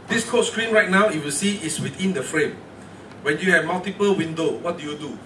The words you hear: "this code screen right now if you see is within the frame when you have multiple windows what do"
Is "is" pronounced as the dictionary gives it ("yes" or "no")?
no